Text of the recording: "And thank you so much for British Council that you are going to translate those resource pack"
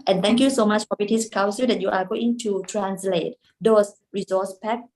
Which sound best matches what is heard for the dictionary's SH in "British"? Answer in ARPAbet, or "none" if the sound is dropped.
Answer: S